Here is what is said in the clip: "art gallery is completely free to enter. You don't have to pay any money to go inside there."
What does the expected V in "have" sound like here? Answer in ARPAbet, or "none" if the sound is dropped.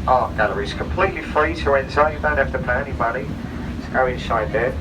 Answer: F